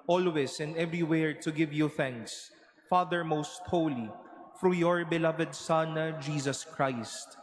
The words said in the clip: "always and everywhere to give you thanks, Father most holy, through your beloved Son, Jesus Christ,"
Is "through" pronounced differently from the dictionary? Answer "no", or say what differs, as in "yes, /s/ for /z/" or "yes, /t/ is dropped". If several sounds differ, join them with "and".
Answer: yes, /f/ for /θ/